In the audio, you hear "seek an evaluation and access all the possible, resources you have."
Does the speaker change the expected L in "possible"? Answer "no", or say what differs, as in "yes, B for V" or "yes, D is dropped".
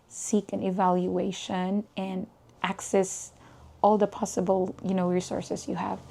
yes, N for L